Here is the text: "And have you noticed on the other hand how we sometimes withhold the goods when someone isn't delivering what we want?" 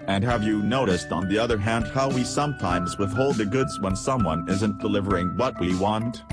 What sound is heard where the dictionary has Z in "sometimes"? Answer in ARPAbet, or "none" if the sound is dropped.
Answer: Z